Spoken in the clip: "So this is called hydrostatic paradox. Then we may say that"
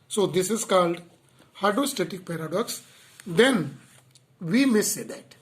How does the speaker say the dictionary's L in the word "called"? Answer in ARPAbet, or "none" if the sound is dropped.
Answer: L